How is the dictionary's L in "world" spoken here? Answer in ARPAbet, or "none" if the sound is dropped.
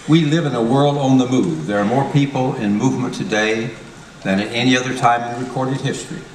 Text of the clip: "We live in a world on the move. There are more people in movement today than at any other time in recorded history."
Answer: L